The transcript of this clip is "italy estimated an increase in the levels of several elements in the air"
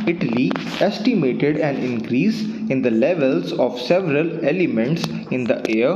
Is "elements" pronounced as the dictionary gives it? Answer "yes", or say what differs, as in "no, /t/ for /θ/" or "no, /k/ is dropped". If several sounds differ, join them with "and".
yes